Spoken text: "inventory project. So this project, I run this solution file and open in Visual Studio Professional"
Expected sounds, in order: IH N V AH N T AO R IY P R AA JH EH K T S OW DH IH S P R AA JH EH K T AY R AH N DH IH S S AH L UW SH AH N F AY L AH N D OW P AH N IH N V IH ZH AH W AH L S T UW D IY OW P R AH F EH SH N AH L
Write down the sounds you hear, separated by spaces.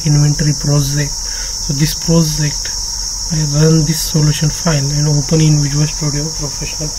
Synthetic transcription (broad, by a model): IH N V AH N T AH R IY P R AA JH EH K T S OW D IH S P R AA JH EH K T AY R AH N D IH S S AH L UW SH AH N F AY N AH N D OW P AH N IH N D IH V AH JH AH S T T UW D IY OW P R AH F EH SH N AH L